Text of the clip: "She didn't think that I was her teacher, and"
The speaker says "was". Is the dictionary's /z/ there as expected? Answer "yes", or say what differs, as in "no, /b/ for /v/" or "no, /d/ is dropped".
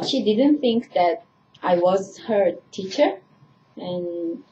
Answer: yes